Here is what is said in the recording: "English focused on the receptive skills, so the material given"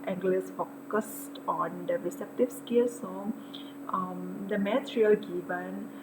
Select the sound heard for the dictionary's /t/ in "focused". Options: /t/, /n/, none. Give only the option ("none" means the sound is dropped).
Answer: /t/